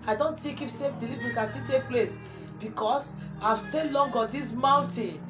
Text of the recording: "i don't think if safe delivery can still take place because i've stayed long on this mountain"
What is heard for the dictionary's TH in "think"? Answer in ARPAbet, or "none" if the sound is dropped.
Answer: T